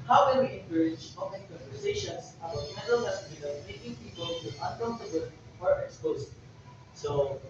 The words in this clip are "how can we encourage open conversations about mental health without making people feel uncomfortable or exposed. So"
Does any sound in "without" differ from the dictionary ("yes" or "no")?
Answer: yes